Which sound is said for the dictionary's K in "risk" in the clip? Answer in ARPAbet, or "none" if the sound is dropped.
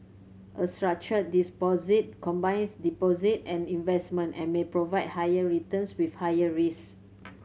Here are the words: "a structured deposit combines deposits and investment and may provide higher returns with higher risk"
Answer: none